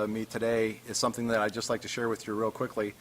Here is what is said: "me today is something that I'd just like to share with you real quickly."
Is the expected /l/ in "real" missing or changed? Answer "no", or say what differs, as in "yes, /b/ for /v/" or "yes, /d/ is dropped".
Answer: no